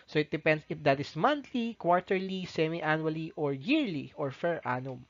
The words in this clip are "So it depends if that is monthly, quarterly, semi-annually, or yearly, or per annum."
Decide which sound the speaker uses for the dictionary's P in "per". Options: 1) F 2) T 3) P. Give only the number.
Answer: 1